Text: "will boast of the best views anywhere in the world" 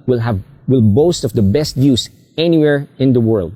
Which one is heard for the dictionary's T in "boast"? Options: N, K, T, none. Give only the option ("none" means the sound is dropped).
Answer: T